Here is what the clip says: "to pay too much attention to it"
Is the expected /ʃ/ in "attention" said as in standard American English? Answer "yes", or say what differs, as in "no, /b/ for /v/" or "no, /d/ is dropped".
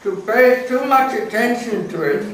no, /s/ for /ʃ/